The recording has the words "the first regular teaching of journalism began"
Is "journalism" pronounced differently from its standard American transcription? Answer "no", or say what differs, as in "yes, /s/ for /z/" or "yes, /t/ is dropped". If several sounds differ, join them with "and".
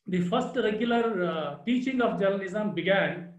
yes, /l/ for /n/ and /n/ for /l/